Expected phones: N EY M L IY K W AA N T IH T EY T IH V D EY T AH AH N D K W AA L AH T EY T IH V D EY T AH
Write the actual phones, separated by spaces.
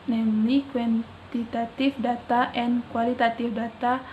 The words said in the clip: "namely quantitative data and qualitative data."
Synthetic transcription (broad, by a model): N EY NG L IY K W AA N T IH T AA T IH F D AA T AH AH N K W AA L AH T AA T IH F D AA T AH